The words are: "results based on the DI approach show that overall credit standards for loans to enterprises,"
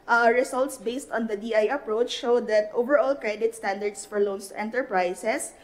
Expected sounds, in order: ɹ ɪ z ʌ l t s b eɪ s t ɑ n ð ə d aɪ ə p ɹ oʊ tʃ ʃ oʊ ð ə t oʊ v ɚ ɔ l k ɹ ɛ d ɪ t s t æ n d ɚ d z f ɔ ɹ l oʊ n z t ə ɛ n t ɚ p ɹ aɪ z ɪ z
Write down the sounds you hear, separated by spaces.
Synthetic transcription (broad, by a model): ɹ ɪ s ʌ l t s b eɪ s t ɑ n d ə d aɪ ə p ɹ oʊ tʃ ʃ oʊ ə t oʊ v ɚ ɔ l k ɹ ɛ d ɪ t s t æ n d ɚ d s f ɔ ɹ l oʊ n s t ɛ n t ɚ p ɹ aɪ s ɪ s